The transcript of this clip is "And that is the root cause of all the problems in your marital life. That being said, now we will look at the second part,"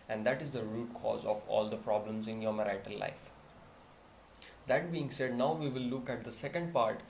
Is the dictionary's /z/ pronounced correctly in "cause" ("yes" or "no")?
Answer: yes